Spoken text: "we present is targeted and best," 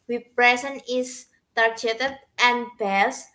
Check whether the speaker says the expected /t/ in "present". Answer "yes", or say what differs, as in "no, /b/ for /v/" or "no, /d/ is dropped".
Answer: no, /t/ is dropped